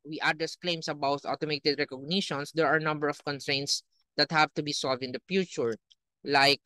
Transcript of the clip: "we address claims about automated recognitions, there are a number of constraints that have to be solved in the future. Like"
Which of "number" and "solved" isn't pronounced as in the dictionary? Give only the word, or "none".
none